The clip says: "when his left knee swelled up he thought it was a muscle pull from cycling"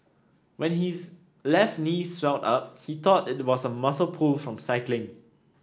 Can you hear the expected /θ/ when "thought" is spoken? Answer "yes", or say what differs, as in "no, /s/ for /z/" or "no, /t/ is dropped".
no, /t/ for /θ/